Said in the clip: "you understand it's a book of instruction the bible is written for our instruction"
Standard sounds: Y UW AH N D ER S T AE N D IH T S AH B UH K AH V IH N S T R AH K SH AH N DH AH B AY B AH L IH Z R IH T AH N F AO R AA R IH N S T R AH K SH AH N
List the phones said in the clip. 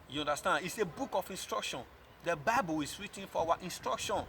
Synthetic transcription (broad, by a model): Y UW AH N D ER S T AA N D IH T S AH B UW K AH F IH N S T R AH K SH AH N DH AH B AY B AH L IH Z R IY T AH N F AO W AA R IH N S T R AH K SH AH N